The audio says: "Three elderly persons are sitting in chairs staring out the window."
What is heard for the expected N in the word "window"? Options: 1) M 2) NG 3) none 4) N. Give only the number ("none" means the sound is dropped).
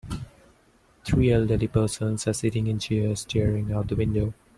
4